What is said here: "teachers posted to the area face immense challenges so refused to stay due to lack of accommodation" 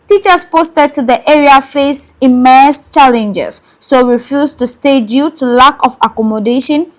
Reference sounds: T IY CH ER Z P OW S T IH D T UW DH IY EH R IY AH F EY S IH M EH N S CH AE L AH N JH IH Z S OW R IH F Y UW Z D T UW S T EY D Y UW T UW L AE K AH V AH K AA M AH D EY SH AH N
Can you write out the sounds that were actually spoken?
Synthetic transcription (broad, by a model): T IY CH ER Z P OW S T IH D T UW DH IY EH R IY AH F EY S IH M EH S CH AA L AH N JH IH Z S OW R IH F Y UW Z T UW S T EY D Y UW T UW L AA K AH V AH K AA M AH D EY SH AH N